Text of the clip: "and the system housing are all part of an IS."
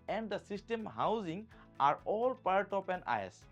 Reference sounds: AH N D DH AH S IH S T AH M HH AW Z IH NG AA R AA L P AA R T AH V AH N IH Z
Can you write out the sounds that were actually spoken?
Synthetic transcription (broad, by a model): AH N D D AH S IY S T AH M HH AW Z IH NG AA R AA L P AA R T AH P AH N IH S